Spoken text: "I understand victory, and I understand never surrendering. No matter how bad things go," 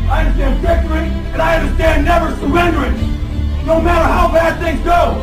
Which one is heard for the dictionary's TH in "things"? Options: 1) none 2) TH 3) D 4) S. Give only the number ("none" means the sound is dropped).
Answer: 2